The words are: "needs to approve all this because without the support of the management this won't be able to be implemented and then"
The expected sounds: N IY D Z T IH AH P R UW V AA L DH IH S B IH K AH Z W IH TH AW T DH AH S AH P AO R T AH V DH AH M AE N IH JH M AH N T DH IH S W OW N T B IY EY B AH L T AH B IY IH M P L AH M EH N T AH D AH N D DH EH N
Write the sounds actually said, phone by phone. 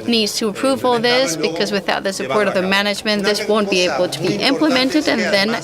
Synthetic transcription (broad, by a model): N IY D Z T IH AH P R UW V AA L DH IH S B IH K AH Z W IH TH AW T DH AH S AH P AO R T AH V DH AH M AE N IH JH M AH N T DH IH S W OW N B IY EY B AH L T AH B IY IH M P L AH M EH N T AH D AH N DH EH N